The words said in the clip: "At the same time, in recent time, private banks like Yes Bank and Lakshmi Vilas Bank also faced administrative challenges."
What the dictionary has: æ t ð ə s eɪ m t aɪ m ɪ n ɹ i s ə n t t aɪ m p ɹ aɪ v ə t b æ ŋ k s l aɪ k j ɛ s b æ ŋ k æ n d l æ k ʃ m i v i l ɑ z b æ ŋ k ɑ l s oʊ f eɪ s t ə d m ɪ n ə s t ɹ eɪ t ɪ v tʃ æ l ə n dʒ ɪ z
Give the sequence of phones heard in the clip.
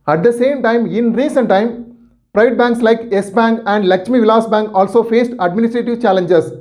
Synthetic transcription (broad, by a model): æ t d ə s eɪ m t aɪ m ɪ n ɹ i s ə n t t aɪ m p ɹ aɪ v ə t b æ ŋ k s l aɪ k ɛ s b æ ŋ k æ n d l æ k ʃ m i v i l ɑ s b æ ŋ k ɑ l s oʊ f eɪ s t ə d m ɪ n ə s t ɹ eɪ t ɪ v tʃ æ l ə n dʒ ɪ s